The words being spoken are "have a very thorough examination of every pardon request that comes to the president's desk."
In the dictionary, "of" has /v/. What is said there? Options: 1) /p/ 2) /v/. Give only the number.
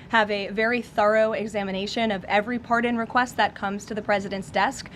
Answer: 2